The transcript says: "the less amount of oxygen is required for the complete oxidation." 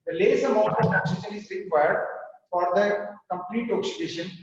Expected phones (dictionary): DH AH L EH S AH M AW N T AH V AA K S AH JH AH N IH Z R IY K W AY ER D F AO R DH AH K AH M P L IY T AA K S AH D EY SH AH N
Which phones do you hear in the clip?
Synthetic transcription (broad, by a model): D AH L EH S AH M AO T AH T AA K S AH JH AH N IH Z R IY K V AY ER D F AO R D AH K AH M P L IY T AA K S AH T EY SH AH N